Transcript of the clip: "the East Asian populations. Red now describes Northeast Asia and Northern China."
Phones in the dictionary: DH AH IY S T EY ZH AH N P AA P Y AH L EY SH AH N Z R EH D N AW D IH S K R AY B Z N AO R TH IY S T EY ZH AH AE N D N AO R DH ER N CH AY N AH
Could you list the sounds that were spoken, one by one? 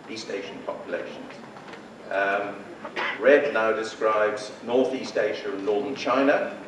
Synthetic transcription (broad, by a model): IY S T EY SH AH N P AA P Y AH L EY SH AH N Z R EH D N AW D IH S K R AY B Z N AO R TH IY S T EY SH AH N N AO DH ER N CH AY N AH